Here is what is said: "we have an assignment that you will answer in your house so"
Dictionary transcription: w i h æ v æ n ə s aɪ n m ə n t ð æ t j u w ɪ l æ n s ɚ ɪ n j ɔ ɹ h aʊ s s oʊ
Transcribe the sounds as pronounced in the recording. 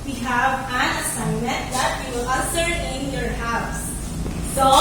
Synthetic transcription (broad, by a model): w i h æ v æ n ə s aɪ m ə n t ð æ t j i w ɪ l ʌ s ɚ ɪ n j ɔ ɹ h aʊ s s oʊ